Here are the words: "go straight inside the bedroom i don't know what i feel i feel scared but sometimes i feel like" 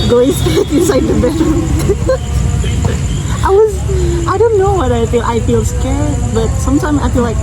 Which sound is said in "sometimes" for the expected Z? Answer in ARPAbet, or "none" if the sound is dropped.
Z